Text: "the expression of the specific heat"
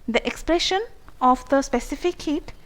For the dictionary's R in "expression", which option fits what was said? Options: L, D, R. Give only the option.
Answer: L